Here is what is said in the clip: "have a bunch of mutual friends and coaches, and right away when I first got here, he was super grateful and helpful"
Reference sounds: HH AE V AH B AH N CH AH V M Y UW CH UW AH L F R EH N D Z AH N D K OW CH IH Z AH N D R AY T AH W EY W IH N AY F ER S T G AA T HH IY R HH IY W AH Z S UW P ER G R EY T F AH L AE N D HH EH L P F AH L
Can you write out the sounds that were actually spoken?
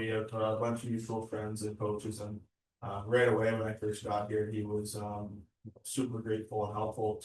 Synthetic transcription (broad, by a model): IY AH B AH N CH AH V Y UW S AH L F R EH N D Z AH N K OW CH IH Z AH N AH R AY T AH W EY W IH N AY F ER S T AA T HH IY R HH IY W AH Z S UW P ER G R EY T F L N HH EH L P F L